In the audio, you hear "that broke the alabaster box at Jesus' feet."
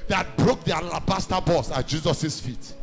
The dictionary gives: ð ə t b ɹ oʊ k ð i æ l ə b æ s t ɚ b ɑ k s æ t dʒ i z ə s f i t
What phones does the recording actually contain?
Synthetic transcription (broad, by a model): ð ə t b ɹ oʊ k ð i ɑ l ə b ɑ s t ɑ b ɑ s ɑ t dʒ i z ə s f i t